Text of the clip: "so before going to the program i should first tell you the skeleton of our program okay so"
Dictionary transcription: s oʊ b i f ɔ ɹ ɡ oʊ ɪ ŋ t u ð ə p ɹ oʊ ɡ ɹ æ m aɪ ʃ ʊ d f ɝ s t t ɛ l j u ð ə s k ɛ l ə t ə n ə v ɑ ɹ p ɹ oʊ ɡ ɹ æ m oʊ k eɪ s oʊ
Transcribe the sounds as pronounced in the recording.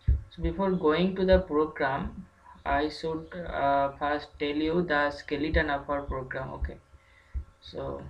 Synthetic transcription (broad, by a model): s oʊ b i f ɔ ɹ ɡ oʊ ɪ ŋ t u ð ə p ɹ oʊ ɡ ɹ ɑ m aɪ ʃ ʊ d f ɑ s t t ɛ l j u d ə s k ɛ l ə t ə n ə p ɑ ɹ p ɹ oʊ ɡ ɹ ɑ m oʊ k eɪ s oʊ